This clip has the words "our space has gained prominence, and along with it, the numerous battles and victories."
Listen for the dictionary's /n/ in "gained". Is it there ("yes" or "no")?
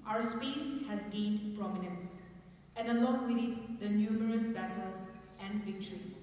yes